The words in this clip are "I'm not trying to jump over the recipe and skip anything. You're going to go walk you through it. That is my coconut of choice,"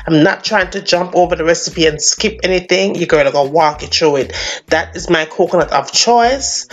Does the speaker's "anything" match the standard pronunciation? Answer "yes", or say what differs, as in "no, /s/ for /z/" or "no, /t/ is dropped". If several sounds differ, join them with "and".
yes